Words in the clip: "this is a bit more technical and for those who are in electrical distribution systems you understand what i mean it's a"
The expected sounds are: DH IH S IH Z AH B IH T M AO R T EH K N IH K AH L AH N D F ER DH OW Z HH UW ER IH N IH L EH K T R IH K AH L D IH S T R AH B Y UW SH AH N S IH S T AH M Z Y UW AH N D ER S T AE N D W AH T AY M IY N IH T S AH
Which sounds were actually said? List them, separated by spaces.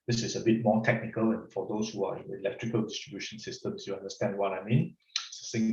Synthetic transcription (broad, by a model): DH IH S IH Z AH B IH T M AO T EH K N IH K AH L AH N F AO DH OW S HH UW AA IH N IH L EH K T R IH K AH L D IH S T R AH B Y UW SH AH N S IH S T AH M S Y UW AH N D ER S T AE N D W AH T AY M IY N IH S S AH